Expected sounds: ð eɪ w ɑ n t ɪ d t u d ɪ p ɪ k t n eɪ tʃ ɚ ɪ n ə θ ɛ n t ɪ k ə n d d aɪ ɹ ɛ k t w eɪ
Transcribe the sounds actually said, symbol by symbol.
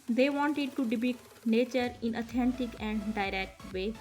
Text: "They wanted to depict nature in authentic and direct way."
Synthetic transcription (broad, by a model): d eɪ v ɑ n t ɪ d t u d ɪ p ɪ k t n eɪ tʃ ɚ ɪ n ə t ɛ n t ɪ k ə n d d aɪ ɹ ɛ k t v eɪ